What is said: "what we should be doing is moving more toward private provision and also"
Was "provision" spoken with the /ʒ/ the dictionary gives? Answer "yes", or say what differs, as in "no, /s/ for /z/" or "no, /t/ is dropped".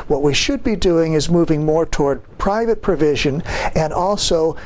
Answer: yes